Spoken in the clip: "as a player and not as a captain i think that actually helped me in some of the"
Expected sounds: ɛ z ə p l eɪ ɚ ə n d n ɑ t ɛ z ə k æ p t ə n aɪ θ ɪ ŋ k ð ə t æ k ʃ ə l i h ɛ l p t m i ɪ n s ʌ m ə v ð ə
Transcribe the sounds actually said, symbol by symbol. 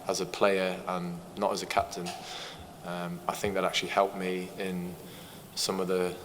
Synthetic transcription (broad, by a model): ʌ z ə p l eɪ ɚ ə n n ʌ t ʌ z ə k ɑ p t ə n aɪ θ ɪ ŋ k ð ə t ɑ k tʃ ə l i h ɛ l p m i ɪ n s ʌ m ə v ð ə